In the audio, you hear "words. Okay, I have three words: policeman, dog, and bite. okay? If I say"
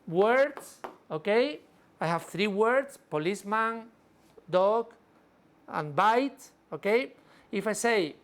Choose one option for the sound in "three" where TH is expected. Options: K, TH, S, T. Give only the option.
TH